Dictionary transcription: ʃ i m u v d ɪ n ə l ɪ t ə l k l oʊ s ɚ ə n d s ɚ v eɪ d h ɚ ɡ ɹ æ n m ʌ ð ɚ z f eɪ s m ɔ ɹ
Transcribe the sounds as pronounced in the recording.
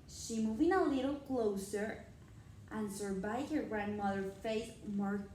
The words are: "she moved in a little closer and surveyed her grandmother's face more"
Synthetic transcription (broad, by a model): ʃ i m u v ɪ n ə l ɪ t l k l oʊ s ɚ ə n s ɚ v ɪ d h ɚ ɡ ɹ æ n m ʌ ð ɚ f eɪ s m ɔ ɹ